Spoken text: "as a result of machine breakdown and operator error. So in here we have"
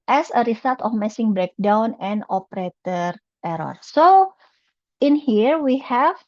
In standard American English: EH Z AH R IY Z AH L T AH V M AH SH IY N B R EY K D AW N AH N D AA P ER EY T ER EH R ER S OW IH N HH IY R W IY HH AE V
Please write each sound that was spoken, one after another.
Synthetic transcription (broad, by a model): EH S AH R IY S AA L T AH F M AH S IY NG B R EY K D AW N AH N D AA P ER EY T ER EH R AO S OW IH N HH IY R W IY HH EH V